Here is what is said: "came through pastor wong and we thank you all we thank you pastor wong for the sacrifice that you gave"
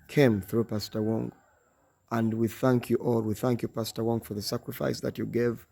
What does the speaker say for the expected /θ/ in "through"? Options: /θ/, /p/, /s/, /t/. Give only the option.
/θ/